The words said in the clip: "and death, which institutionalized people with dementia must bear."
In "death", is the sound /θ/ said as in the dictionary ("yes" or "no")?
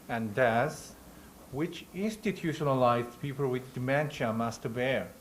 no